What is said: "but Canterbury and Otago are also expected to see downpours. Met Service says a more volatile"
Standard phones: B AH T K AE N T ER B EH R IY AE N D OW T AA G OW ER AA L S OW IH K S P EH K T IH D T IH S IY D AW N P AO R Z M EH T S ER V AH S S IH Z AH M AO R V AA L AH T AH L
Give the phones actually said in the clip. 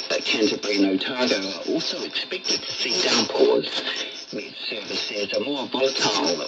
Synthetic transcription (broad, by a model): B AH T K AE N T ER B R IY N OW T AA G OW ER AA L S OW IH K S P EH K T IH D S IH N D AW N P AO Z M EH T S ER V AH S S IH Z AH M AO R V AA L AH T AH L